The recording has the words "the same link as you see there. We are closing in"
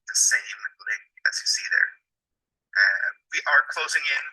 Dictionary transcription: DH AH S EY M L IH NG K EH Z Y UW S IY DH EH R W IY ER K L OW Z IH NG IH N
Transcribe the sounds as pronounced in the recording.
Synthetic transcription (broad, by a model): DH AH S EY M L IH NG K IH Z Y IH S IY DH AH R W IY ER K L OW Z IH NG IH N